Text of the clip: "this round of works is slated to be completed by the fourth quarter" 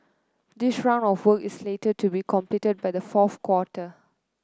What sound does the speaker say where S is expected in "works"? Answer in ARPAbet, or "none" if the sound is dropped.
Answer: none